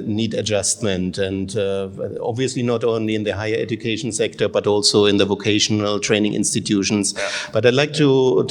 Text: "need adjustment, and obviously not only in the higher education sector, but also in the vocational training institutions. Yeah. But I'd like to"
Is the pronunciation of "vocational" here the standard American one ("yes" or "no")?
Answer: yes